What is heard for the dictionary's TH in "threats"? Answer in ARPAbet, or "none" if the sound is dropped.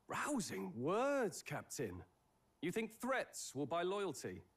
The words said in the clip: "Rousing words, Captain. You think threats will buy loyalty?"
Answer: TH